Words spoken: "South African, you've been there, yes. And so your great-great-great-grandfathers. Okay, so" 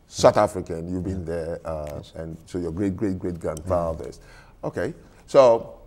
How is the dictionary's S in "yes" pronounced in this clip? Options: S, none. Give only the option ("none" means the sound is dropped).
none